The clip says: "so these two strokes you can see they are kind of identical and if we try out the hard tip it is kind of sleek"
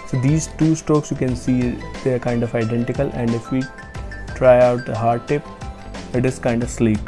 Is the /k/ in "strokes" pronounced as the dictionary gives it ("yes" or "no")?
yes